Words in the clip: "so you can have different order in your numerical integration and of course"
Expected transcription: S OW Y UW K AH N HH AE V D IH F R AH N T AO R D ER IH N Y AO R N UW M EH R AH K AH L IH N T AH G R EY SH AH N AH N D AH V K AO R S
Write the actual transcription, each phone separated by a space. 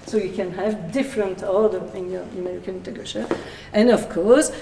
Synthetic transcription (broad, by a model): S OW Y UW K AH N HH AE V D IH F R AH N T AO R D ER IH N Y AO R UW M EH R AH K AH N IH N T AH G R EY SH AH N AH N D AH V K AO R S